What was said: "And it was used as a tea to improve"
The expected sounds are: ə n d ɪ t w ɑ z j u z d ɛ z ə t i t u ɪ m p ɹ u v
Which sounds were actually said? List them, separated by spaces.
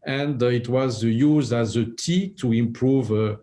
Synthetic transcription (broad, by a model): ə n d ɪ t w ɑ z j u z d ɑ z ə t i t u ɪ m p ɹ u v